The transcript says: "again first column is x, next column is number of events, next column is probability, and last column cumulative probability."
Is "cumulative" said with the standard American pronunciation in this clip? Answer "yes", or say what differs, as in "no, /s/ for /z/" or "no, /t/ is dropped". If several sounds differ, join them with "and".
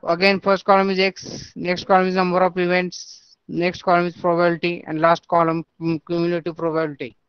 no, /n/ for /l/